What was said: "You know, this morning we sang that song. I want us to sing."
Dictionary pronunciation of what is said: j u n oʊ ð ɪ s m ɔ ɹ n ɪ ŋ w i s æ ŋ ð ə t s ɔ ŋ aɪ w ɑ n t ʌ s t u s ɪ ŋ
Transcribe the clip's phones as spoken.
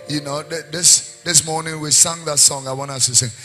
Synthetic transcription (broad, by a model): j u n oʊ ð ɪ s m ɔ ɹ n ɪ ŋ w i s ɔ ŋ ð ə t s ɔ ŋ aɪ w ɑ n ʌ s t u s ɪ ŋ